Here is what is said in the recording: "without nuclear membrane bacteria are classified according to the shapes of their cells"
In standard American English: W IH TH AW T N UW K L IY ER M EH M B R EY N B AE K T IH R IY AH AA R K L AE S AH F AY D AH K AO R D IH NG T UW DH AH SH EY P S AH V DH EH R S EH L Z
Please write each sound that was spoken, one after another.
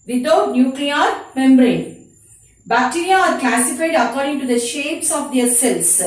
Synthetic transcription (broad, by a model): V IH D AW T N UW K L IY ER M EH M B R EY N B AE K T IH R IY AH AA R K AE S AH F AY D AH K AO R D IH NG T UW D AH SH EY P S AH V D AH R S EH L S